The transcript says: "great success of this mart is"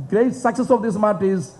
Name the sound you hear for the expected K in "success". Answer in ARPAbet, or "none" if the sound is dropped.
K